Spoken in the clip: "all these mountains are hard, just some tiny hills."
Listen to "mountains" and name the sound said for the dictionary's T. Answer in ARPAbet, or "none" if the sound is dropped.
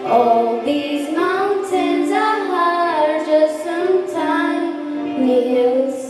S